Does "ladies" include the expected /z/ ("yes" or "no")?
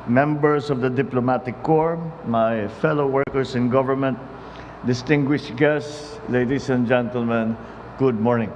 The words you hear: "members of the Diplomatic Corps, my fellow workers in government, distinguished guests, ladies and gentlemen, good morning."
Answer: no